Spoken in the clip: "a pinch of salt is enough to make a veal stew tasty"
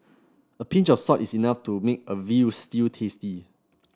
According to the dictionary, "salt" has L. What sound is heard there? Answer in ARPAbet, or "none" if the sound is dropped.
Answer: none